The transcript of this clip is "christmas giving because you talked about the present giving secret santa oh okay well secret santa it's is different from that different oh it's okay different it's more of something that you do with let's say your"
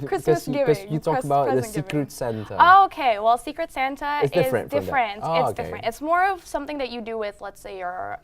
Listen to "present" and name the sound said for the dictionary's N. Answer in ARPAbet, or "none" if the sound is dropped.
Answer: none